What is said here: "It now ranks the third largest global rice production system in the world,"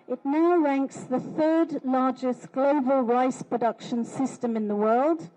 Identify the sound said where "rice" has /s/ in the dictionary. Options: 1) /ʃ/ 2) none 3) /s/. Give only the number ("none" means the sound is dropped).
3